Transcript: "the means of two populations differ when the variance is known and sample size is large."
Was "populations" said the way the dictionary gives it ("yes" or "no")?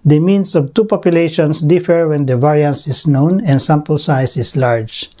no